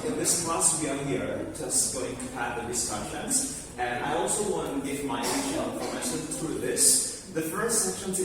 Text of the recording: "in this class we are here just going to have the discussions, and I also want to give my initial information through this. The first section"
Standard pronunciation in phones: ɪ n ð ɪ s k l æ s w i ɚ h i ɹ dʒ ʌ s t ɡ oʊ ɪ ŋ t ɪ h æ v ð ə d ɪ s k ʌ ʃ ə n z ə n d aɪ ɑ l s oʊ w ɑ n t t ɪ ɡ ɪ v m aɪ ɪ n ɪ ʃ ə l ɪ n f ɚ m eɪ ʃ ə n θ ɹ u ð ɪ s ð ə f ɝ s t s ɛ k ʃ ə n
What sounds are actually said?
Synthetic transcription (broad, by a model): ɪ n ð ɪ s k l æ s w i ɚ h i ɹ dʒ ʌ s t ɡ oʊ ɪ ŋ t ɪ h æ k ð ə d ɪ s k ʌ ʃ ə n s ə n aɪ ɑ l s oʊ w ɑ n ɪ ɡ ɪ v m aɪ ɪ ɪ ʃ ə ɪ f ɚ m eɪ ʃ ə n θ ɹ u ð ɪ s ð ə f ɝ s t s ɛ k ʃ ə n